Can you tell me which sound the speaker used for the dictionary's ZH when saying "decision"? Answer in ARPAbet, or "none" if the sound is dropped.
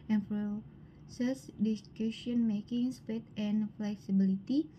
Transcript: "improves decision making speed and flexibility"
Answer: SH